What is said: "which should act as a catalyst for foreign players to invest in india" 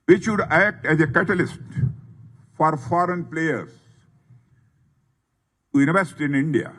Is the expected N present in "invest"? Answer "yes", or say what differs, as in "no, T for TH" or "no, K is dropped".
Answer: no, N is dropped